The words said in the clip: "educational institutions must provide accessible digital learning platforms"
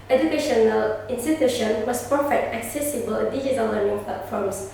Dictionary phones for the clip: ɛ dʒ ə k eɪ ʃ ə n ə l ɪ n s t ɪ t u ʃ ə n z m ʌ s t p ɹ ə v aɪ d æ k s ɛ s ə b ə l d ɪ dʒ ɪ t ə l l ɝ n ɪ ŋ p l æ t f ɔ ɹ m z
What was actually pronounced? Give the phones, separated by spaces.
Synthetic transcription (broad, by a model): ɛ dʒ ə k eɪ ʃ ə n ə l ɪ n s t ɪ t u ʃ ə n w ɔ s p ə f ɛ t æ k s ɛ s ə b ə l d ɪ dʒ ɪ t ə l l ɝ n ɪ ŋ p l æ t f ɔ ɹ m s